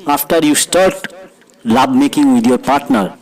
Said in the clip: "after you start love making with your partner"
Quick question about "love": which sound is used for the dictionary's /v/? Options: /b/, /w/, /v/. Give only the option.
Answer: /b/